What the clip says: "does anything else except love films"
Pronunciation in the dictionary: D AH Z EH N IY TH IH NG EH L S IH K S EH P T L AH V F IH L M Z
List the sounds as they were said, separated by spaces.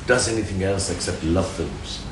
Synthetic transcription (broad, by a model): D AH Z EH N IY TH IH NG EH L S IH K S EH P T L AH V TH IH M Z